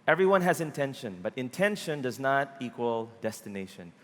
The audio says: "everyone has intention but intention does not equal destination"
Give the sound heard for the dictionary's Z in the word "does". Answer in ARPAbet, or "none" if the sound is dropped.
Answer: Z